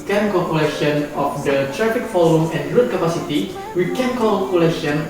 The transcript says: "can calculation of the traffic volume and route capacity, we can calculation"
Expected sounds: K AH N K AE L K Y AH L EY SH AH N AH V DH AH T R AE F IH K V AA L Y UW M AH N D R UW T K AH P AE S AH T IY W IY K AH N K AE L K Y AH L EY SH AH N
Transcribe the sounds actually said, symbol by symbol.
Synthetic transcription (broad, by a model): K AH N K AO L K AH L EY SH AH N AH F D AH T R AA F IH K F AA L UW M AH N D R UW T K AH P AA S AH T IY W IY K AH N K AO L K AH L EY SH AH N